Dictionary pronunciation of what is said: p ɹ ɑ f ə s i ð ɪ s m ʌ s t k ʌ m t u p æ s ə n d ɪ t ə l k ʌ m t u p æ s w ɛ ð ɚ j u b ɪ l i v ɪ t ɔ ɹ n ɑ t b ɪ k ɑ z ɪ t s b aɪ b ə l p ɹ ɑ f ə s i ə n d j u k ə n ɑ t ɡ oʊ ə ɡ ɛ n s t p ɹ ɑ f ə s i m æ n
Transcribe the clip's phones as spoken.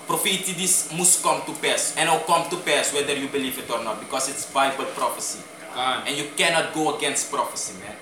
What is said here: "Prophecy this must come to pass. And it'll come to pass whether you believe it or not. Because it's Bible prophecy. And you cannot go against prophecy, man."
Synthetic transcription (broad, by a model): p ɹ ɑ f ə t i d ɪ s m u s k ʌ m t u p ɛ s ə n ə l k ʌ m t u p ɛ s w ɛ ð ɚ j u b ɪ l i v ɪ t ɔ ɹ n ɑ t b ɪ k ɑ s ɪ t s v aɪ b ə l p ɹ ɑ f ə s i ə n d j u k ə n ɑ t ɡ oʊ ə ɡ ɛ n s t p ɹ ɑ f ə s i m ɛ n